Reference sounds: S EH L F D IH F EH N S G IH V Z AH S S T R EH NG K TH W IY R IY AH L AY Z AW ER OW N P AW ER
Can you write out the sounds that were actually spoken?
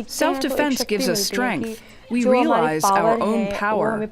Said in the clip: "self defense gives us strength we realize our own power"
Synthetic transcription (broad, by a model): S EH L F D IH F EH N S G IH V Z AH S S T R EH NG K TH W IY R IY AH L AY Z AW ER OW N P AW ER